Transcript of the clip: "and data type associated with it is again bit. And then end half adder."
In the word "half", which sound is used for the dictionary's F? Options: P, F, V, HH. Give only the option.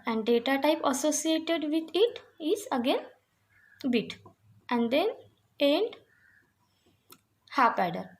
P